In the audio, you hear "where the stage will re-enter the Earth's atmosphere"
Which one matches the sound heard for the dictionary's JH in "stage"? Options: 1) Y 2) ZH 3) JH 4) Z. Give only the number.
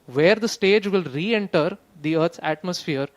3